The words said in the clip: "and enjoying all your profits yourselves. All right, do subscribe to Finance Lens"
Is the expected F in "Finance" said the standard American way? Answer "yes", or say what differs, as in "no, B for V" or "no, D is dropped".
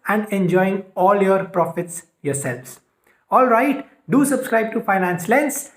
yes